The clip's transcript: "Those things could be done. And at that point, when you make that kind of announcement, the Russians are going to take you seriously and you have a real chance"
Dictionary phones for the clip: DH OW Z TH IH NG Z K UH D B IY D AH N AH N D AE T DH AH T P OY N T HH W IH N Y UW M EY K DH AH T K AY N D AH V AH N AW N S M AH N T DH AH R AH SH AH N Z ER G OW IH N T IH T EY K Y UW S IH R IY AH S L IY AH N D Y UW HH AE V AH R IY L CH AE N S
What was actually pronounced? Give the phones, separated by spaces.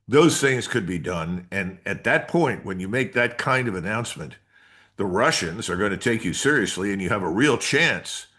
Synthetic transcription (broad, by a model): DH OW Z TH IH NG Z K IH D B IY D AH N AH N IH T DH AH T P OY N T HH W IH N Y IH M EY K DH AH T K AY N D AH V AH N AW N S M AH N T DH AH R AH SH AH N Z ER G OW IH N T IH T EY K Y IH S IH R IY AH S L IY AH N Y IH V AH R IY L CH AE N S